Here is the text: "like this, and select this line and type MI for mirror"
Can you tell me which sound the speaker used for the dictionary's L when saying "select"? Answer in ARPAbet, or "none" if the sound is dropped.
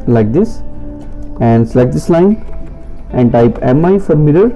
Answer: none